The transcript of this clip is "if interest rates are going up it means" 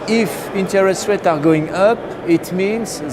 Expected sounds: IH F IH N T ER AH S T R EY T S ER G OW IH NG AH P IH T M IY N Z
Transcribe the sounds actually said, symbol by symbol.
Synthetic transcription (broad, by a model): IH F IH N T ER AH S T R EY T AA G OW IH NG AH P IH T M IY N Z